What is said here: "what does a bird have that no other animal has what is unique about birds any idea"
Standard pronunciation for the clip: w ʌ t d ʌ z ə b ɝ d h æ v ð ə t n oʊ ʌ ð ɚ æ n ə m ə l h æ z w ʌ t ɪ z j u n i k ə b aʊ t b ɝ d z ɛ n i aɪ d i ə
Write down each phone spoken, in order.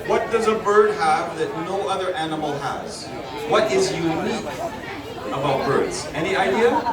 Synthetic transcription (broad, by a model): w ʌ t d ʌ z ə b ɝ d h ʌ v ð ə t n oʊ ʌ ð ɚ æ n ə m l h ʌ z w ʌ t ɪ z j u n i k ə b aʊ t b ɝ d z ɛ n i aɪ d i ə